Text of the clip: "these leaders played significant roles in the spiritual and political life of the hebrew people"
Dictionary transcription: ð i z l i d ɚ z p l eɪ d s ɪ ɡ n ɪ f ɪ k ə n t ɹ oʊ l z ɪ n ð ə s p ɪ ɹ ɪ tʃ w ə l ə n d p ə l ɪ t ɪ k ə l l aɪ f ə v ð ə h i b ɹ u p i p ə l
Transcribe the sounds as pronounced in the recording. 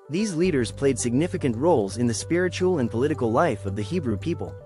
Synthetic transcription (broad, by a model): ð i z l i d ɚ z p l eɪ d s ɪ ɡ n ɪ f ɪ k ə n t ɹ oʊ l z ɪ n ð ə s p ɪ ɹ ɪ tʃ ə l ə n p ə l ɪ t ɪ k l l aɪ f ə v ð ə h i b ɹ u p i p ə l